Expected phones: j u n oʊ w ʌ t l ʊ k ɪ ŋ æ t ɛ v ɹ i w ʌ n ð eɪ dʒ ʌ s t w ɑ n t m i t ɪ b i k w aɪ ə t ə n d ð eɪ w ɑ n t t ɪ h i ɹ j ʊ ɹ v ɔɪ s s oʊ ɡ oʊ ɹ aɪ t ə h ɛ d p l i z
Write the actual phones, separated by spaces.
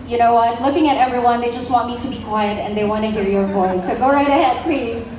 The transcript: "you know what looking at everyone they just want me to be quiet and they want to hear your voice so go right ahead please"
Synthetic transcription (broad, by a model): j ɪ n oʊ w ʌ t l ʊ k ɪ ŋ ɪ t ɛ v ɹ i w ʌ n ð eɪ dʒ ʌ s t w ɑ n t m i t ɪ b i k w aɪ ə t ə n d ð eɪ w ɑ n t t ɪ h i ɹ j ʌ ɹ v ɔɪ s s oʊ ɡ oʊ ɹ aɪ t ə h ɛ d p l i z